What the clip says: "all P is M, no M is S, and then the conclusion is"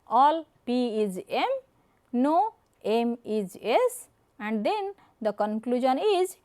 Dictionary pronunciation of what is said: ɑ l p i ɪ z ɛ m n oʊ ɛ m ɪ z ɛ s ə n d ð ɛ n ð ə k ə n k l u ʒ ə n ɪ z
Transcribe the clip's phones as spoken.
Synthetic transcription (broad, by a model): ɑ l p i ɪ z ɛ m n oʊ ɛ m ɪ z ɛ s ə n d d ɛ n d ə k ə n k l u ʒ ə n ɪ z